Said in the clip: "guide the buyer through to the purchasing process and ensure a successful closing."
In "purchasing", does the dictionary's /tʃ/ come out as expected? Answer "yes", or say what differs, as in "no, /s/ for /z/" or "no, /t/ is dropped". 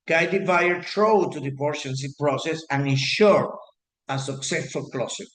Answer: no, /ʃ/ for /tʃ/